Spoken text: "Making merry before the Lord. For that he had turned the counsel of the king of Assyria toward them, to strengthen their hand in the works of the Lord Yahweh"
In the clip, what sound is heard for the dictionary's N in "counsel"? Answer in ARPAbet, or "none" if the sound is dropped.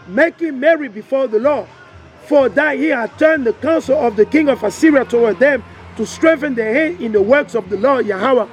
N